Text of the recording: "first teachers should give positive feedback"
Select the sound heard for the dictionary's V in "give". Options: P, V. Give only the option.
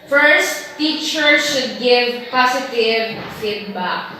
V